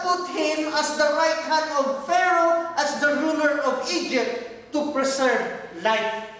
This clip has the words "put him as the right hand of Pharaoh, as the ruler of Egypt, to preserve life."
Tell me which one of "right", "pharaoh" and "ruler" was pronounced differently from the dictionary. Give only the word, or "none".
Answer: none